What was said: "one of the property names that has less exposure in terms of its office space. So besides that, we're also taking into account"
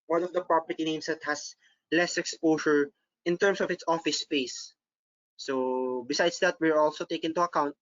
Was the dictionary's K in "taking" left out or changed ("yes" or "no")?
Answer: yes